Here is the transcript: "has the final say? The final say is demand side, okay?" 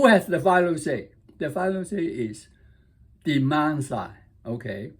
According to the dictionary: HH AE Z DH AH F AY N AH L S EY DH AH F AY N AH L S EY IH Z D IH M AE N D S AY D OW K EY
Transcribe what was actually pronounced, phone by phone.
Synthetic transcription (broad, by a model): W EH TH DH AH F AY L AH S EY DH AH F AY L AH S EY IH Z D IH M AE N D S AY OW K EY